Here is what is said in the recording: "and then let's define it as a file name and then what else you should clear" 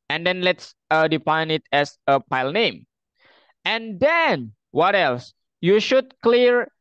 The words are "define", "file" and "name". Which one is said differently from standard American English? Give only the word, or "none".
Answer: file